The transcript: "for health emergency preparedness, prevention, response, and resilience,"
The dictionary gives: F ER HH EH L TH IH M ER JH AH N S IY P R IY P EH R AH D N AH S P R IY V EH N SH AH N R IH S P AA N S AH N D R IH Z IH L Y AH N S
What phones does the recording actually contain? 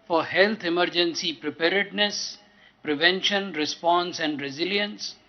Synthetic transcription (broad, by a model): F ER HH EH L T IH M ER JH AH N S IY P R IY P EH R AH D N AH S P R IY V EH N SH AH N R IH S P AA N S AH N D R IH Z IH L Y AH N S